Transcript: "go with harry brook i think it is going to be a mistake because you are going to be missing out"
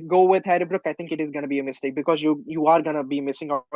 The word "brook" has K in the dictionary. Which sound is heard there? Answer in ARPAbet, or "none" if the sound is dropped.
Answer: K